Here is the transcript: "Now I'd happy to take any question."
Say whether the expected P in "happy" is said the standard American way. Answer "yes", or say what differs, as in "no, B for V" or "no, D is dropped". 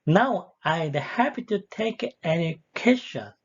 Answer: yes